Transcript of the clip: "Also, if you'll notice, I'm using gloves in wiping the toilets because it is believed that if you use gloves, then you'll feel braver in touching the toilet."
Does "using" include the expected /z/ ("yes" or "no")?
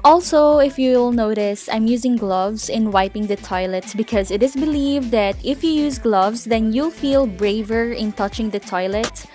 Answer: yes